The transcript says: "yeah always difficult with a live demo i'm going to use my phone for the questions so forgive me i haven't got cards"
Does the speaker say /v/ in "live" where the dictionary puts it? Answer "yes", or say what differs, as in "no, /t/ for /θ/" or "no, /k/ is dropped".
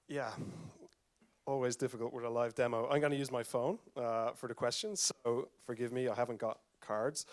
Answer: yes